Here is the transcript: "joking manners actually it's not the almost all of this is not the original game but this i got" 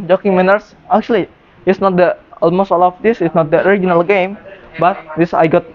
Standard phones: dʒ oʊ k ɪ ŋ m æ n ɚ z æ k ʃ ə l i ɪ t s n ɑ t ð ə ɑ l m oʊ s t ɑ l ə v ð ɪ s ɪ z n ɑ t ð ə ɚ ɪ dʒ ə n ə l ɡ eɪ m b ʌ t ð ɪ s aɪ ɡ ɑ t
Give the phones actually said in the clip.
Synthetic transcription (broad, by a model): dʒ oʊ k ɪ ŋ m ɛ n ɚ s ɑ k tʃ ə l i ɪ t s n ɑ t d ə ɑ l m oʊ s t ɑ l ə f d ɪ s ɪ s n ɑ t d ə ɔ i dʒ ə n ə l ɡ eɪ m b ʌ t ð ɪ s aɪ ɡ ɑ t